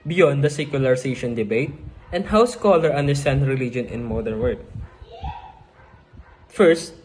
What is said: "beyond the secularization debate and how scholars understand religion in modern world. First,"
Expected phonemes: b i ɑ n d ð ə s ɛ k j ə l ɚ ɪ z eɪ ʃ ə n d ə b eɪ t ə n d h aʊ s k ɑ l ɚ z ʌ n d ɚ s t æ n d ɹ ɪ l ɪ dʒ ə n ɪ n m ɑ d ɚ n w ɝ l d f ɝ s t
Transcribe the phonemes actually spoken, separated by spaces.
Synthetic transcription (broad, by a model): b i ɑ n d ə s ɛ k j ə l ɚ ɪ s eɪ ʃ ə n d ə b eɪ t ə n d h aʊ s k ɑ l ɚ ʌ n d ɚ s t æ n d ɹ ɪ l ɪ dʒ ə n ɪ n m ɑ d ɚ n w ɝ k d f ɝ s t